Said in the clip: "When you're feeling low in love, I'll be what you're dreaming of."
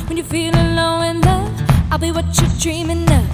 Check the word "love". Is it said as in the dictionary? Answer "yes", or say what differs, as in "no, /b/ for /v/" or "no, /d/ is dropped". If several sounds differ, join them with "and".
no, /v/ is dropped